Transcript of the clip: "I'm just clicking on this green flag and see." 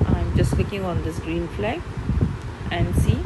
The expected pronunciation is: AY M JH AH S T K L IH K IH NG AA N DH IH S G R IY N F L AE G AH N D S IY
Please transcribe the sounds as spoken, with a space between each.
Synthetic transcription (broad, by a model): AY M JH AH S T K IH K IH NG AA N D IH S G R IY N F L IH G AH N D S IY